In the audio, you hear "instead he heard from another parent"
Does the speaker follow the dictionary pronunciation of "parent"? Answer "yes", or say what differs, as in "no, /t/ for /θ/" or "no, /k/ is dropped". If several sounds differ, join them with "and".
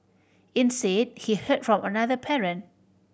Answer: no, /t/ is dropped